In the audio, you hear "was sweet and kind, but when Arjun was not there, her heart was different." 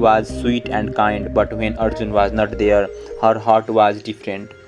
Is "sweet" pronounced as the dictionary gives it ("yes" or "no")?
yes